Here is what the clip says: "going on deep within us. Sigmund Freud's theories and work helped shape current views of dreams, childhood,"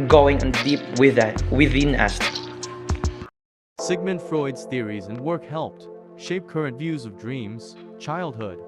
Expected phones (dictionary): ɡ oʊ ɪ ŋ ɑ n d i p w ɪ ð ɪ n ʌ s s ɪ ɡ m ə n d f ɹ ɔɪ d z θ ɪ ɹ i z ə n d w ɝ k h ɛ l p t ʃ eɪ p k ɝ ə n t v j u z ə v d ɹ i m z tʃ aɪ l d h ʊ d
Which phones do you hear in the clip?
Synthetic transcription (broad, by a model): ɡ oʊ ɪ ŋ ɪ n d i p w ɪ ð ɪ n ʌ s s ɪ ɡ m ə n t f ɹ ɔɪ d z θ ɪ ɹ i z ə n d w ɝ k h ɛ l p t ʃ eɪ p k ɝ ə n t v j u z ə v d ɹ i m z tʃ aɪ l d h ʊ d